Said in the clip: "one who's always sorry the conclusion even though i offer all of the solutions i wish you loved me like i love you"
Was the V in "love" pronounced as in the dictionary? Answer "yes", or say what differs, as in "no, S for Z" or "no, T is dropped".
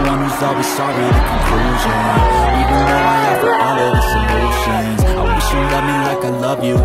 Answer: yes